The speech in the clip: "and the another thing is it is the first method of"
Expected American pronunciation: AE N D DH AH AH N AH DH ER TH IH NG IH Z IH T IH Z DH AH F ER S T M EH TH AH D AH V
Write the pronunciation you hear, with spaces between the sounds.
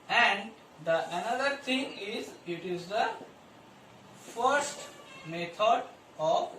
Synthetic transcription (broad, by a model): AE N D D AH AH N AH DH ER T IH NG IH Z IH T IH Z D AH F ER S T M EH T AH D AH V